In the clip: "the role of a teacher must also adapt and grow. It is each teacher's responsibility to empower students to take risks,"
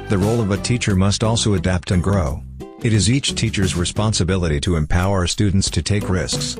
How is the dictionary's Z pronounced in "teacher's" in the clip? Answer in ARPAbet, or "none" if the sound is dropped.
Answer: Z